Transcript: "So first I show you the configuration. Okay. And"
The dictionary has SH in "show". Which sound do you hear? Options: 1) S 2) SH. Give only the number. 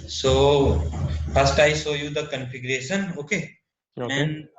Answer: 1